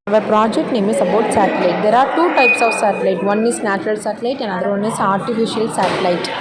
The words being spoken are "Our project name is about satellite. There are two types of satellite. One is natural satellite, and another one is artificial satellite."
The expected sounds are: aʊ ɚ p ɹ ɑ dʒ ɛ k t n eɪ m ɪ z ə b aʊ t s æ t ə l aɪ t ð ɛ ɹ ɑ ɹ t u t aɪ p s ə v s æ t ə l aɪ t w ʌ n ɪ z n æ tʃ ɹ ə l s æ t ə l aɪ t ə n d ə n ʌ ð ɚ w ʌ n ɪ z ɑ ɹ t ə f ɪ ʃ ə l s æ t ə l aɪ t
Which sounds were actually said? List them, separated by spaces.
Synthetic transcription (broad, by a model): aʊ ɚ p ɹ ɑ dʒ ɛ k t n eɪ m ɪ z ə b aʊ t s æ t ə l aɪ t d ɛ ɹ ɑ ɹ t u t aɪ p s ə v s æ t ə l aɪ t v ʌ n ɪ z n æ tʃ ɹ ə l s æ t ə l aɪ t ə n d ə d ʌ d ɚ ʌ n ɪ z ɑ ɹ t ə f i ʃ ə l s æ t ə l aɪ t